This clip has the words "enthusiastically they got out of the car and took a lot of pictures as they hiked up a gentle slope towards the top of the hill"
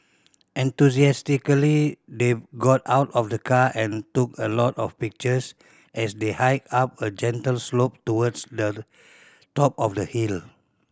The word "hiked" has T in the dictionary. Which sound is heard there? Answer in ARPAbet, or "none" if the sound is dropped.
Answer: none